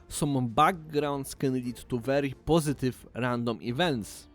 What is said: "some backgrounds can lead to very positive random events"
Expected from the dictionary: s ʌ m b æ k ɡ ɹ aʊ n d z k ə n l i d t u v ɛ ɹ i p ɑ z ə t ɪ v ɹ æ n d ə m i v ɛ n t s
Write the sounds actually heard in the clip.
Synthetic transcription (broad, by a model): s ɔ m b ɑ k ɡ ɹ aʊ n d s k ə n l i t u v ɛ ɹ i p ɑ z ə t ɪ f ɹ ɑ n d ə m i v ɛ n t s